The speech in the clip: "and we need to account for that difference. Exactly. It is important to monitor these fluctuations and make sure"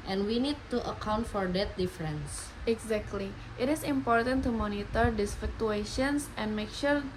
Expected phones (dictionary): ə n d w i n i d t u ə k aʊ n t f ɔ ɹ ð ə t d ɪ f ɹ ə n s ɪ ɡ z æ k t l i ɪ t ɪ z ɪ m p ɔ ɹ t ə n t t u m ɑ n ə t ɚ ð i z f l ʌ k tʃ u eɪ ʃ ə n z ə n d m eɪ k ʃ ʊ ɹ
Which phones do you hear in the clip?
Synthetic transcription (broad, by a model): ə n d w i n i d t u ə k aʊ n t f ɔ ɹ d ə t d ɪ f ɹ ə n s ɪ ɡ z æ k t l i ɪ t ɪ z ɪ m p ɔ ɹ t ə n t t u m ɑ n ə t ɚ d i s f ʌ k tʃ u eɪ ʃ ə n s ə n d m eɪ k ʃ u ɹ